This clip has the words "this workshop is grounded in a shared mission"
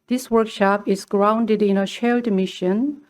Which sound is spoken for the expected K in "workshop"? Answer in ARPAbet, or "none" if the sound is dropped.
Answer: K